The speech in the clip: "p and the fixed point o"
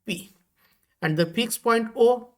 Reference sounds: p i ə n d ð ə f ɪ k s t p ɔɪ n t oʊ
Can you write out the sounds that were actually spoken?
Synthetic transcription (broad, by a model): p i ə n d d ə p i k s p ɔɪ n t oʊ